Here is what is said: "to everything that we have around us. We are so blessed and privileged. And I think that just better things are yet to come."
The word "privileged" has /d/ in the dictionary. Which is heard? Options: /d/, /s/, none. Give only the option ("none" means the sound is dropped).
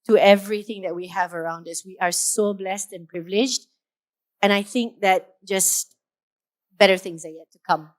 /d/